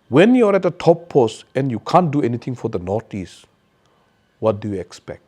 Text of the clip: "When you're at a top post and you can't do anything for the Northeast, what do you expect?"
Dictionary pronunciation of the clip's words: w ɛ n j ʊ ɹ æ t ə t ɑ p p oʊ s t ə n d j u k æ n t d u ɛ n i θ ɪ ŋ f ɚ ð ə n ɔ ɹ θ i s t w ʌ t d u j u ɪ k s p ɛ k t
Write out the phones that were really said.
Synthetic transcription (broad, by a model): w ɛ n j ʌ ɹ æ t ə t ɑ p p oʊ s t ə n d j u k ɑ n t d u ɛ n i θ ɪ ŋ f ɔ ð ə n ɔ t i s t w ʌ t d u j u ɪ k s p ɛ k t